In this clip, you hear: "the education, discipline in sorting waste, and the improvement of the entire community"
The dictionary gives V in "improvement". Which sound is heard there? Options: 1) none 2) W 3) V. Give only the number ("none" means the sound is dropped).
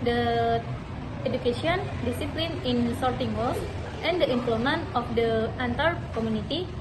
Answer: 1